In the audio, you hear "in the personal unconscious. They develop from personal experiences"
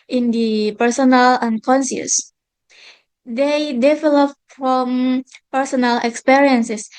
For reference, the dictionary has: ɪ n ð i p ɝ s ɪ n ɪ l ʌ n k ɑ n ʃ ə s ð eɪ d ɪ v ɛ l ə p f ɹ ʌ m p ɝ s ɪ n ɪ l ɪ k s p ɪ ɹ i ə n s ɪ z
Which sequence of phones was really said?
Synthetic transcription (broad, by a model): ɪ n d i p ɝ s ɪ n ɪ l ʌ n k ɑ n s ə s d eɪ d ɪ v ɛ l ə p f ɹ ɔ m p ɝ s ɪ n ɪ l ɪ k s p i ɹ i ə n s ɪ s